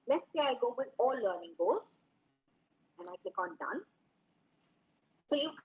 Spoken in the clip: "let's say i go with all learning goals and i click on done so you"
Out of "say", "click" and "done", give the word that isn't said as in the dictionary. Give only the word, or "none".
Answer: none